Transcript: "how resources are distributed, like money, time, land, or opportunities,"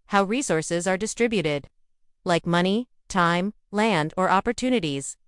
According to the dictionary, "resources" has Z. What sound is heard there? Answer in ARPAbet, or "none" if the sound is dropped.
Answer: Z